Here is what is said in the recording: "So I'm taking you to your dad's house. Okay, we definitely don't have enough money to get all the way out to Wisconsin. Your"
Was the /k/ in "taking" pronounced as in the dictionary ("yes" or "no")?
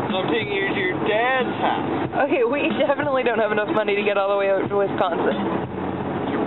no